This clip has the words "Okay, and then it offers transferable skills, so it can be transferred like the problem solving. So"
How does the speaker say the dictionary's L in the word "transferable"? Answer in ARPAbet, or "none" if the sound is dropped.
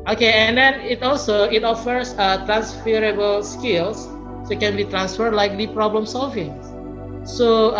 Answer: L